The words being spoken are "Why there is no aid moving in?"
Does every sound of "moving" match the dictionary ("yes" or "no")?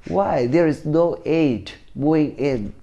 no